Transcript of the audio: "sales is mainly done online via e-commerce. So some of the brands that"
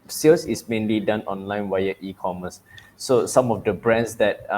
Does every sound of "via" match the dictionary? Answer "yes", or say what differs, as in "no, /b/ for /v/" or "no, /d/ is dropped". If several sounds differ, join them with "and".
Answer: no, /w/ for /v/